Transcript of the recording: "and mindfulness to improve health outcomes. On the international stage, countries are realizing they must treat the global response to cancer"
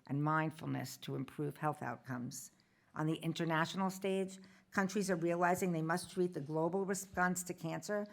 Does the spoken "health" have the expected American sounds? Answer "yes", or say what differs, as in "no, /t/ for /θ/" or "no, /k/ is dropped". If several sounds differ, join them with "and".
yes